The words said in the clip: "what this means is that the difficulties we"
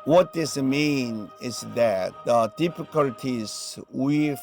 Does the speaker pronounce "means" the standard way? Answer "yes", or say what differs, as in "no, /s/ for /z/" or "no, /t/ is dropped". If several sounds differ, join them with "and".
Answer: no, /z/ is dropped